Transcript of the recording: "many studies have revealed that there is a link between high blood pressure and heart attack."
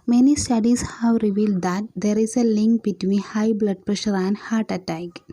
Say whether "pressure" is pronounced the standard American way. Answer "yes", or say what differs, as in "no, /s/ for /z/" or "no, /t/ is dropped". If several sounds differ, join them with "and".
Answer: yes